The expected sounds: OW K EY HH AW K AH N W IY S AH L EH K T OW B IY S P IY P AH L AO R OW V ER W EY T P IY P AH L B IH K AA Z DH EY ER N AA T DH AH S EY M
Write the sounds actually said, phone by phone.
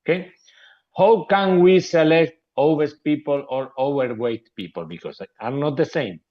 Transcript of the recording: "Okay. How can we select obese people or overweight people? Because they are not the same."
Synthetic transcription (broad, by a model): K EY HH AW K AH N W IY S AH L EH K T OW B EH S P IY P AH L AO R OW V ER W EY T P IY P AH L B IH K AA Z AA N AA T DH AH S EY M